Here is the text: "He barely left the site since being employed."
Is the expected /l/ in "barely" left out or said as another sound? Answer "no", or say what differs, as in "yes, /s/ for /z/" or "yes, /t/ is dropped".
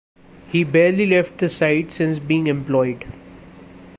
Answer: no